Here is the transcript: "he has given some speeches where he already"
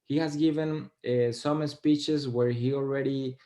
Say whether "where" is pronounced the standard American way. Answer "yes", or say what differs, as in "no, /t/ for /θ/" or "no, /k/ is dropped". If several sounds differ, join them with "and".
yes